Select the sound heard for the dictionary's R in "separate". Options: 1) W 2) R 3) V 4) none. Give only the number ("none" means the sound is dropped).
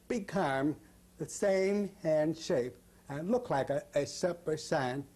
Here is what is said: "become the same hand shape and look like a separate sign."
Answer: 4